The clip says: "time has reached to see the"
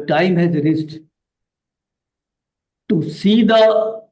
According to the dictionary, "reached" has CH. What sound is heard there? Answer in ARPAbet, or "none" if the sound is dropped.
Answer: S